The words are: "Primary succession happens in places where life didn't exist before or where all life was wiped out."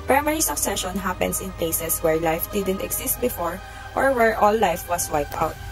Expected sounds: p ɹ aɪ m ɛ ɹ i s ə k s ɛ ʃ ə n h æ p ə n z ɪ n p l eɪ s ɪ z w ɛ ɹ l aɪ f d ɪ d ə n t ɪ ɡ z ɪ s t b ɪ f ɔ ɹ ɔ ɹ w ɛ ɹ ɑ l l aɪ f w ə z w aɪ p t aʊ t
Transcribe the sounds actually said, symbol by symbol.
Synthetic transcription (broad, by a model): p ɹ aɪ m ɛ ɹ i s ə k s ɛ ʃ ə n h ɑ p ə n s ɪ n p l eɪ s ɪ s w ɛ ɹ l aɪ f d ɪ d ə n t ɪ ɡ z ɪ s t b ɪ f ɔ ɹ ɔ ɹ w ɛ ɹ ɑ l l aɪ f w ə s w aɪ p t aʊ t